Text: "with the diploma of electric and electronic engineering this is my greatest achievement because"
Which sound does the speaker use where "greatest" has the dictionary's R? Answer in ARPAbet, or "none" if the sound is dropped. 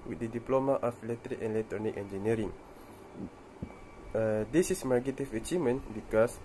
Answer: none